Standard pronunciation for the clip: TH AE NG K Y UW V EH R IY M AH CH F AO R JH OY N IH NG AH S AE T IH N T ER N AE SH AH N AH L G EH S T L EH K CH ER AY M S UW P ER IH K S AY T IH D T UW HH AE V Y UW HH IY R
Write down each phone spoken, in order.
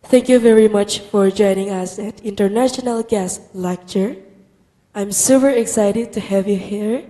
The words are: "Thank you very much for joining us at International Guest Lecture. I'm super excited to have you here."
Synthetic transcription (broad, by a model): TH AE NG K Y UW V EH R IY M AH CH F AO R JH OY N IH NG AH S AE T IH N T ER N AE SH AH N AH L G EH S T L EH K CH ER AY M S UW P ER IH K S AY T IH D T UW HH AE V Y UW HH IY R